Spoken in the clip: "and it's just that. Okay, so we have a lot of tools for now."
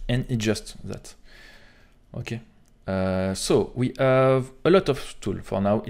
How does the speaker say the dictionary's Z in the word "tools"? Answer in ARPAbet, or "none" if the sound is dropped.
none